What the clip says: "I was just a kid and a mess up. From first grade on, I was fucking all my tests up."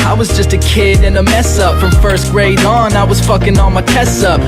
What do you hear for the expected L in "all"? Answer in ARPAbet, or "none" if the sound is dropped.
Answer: N